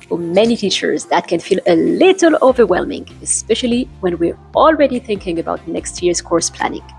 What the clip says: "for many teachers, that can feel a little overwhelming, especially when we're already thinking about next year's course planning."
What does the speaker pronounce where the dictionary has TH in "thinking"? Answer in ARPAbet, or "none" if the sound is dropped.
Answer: TH